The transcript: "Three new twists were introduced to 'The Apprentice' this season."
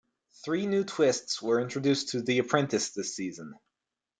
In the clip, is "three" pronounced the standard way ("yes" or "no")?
yes